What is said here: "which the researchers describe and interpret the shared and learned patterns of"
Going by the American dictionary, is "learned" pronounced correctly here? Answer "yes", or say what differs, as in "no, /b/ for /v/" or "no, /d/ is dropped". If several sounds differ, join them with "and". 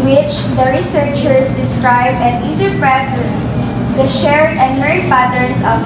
no, /n/ is dropped